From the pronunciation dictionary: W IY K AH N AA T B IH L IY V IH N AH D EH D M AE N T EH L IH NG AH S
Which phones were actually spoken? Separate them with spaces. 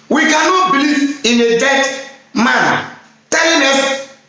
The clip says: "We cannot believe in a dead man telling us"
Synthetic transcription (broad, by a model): W IY K AH N AA T B IH L IY V IH N AH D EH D M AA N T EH N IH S